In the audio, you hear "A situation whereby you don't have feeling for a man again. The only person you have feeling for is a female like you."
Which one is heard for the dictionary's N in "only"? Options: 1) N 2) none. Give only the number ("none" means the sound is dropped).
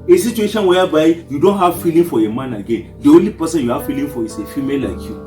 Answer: 2